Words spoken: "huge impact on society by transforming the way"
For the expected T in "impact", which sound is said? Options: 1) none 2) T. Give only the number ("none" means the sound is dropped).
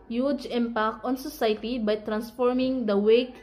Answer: 1